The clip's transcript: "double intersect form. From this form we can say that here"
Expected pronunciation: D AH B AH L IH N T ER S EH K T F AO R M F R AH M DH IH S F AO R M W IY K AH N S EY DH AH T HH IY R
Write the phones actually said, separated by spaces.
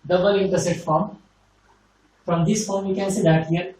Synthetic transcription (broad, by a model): D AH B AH L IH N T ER S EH T F AO R M F R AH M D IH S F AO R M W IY K AH N S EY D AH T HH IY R